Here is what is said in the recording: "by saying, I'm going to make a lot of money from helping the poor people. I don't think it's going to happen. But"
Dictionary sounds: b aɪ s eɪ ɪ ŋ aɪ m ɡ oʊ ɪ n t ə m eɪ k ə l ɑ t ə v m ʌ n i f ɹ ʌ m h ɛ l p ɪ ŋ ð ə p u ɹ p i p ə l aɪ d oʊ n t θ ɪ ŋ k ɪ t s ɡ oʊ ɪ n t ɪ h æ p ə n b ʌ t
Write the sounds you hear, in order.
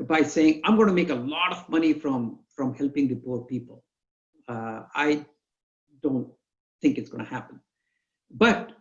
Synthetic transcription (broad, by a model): b aɪ s eɪ ɪ ŋ aɪ m ɡ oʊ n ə m eɪ k ə l ɑ t ə v m ʌ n i f ɹ ʌ m h ɛ l p ɪ ŋ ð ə p u ɹ p i p ə l aɪ d oʊ n t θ ɪ ŋ k ɪ t s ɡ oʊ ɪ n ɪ h æ p ə n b ʌ t